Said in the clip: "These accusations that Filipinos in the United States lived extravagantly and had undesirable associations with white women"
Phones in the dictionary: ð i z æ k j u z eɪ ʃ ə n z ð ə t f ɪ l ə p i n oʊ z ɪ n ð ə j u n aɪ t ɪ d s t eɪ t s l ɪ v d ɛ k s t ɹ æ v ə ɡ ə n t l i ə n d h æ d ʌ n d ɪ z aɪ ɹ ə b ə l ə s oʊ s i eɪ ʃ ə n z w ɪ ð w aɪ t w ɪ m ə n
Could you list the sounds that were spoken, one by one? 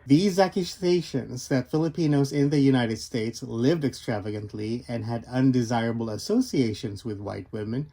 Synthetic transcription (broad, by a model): ð i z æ k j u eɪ ʃ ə n z ð ə t f ɪ l ə p i n oʊ z ɪ n ð ə j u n aɪ t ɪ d s t eɪ t s l ɪ v d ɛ k s t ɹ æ v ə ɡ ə n t l i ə n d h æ d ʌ n d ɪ z aɪ ɹ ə b l ə s oʊ s i eɪ ʃ ə n z w ɪ ð w aɪ t w ɪ m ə n